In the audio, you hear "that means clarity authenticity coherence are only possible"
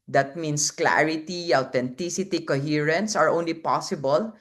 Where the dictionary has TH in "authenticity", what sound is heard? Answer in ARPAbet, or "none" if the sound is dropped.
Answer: T